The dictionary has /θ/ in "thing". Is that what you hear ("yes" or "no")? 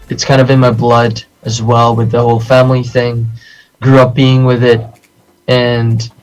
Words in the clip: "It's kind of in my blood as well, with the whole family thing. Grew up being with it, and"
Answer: yes